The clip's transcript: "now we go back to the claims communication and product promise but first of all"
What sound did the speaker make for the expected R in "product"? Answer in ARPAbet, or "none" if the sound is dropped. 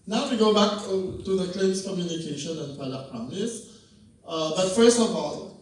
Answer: none